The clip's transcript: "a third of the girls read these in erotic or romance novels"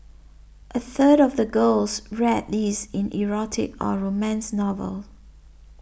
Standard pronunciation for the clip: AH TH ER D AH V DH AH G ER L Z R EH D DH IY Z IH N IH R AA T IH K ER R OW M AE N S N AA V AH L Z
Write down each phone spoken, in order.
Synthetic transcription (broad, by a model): AH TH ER D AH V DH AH G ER L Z R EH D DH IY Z IH N IH R AA T IH K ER R OW M AE N S N AA V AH L